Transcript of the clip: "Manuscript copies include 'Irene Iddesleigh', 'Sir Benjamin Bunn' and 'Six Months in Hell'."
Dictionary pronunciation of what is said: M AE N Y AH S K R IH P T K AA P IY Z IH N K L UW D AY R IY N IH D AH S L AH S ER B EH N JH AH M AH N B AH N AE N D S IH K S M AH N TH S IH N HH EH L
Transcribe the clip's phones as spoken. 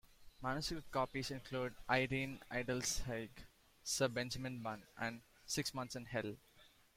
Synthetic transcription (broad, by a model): M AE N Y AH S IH T K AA P IY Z IH N K L UW D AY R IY N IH D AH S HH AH S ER B EH N JH AH M AH N B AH N AE N D S IH K S M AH N T S IH N HH EH L